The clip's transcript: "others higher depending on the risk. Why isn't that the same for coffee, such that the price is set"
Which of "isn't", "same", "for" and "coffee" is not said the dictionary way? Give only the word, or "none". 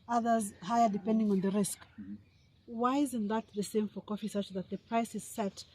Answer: none